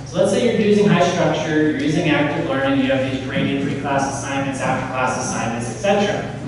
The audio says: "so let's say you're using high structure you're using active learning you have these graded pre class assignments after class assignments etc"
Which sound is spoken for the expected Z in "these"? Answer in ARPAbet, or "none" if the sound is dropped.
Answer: Z